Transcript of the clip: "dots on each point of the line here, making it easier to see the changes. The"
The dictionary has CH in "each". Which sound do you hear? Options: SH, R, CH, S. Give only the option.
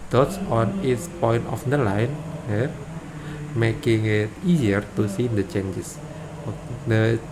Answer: S